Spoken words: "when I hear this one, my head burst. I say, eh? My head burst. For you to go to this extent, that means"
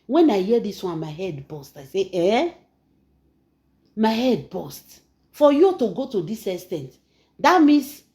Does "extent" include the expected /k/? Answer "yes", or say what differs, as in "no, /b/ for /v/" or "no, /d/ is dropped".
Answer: no, /k/ is dropped